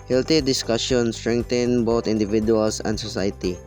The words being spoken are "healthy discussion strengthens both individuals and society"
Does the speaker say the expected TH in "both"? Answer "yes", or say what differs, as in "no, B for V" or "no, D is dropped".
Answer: no, T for TH